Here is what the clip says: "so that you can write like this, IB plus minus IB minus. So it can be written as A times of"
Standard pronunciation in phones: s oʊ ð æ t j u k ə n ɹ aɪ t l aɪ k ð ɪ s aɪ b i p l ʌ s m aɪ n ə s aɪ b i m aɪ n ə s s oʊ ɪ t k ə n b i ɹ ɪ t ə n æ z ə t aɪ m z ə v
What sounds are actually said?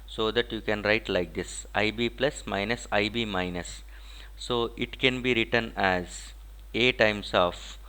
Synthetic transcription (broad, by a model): s oʊ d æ t j u k ə n ɹ aɪ t l aɪ k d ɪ s aɪ b i p l ʌ s m aɪ n ə s aɪ b i m aɪ n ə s s oʊ ɪ t k ə n b i ɹ ɪ t ə n æ z ə t aɪ m s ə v